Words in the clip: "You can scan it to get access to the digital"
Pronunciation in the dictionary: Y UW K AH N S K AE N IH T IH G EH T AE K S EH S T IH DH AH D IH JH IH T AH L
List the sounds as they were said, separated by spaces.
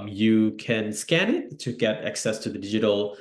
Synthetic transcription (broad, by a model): Y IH K AH N S K AE N IH T IH G EH T AE K S EH S T IH DH AH D IH JH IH T L